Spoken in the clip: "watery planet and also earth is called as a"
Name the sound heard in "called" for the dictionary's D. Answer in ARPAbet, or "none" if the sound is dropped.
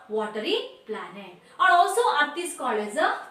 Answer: none